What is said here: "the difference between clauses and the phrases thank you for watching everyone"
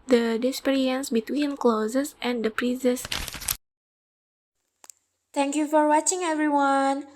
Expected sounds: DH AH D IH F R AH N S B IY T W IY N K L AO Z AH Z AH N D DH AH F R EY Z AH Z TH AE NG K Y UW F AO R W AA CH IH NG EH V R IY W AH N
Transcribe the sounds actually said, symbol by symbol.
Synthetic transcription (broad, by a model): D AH D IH P R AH N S B IY T W IY N K L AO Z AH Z AH N D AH P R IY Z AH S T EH NG K Y UW F AO R W AA CH IH NG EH V R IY W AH N